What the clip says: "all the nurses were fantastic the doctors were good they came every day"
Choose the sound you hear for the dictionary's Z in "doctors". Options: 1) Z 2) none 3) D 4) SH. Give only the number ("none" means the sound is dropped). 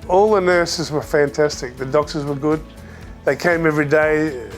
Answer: 1